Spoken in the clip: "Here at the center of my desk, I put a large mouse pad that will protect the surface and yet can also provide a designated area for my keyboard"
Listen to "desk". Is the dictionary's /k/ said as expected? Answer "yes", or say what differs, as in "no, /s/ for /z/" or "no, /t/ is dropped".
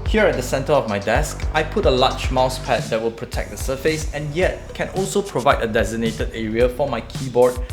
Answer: yes